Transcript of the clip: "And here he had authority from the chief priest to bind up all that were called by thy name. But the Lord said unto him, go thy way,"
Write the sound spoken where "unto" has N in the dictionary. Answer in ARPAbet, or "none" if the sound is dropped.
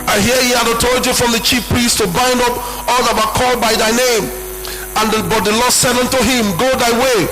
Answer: N